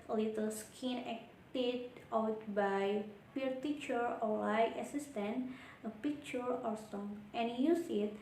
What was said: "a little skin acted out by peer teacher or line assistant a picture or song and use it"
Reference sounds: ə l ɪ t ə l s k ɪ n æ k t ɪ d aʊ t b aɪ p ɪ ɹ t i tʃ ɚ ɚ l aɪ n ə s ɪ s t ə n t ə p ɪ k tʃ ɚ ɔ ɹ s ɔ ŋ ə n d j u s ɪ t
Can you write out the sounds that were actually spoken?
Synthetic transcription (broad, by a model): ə l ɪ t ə l s k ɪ n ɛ k t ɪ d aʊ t b aɪ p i ɹ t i tʃ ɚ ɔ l aɪ ə s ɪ s t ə n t ə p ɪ k tʃ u ɔ ɹ s ɔ ŋ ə n j u s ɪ t